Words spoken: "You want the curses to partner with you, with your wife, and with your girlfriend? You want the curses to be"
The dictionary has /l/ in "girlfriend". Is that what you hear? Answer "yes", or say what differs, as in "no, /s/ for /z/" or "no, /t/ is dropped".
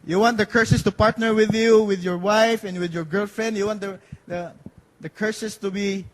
yes